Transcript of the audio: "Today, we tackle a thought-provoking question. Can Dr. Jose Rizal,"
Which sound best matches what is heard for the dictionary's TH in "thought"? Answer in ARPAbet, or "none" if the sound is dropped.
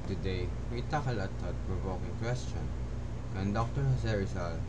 T